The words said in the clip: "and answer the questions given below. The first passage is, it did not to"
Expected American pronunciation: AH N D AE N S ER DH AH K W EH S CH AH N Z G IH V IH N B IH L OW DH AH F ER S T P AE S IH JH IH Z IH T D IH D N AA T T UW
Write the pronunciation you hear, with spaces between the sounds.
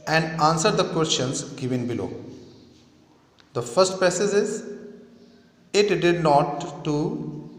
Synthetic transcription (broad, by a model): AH N D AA N S ER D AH K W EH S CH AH N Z G IH V IH N B IH L OW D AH F ER S T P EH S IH Z IH Z IH T D IH D N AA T T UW